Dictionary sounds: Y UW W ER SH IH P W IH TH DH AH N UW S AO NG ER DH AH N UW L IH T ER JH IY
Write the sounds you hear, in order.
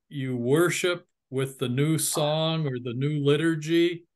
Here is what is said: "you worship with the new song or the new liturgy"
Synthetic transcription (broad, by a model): Y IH W ER SH IH P W IH DH AH N UW S AO NG ER DH AH N UW L IH T ER JH IY